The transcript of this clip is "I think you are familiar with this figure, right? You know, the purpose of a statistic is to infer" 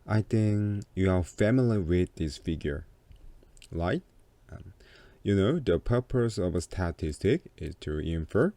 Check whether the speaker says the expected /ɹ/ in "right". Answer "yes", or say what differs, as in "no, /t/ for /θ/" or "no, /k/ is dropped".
no, /l/ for /ɹ/